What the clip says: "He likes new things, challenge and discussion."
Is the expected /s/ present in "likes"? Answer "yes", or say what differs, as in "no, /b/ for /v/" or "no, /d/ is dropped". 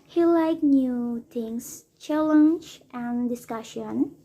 no, /s/ is dropped